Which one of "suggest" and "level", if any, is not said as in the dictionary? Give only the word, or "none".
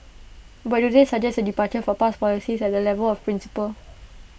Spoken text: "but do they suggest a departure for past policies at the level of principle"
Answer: suggest